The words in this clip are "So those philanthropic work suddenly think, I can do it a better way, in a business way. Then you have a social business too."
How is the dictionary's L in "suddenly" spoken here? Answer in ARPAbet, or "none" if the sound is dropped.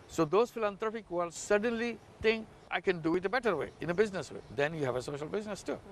L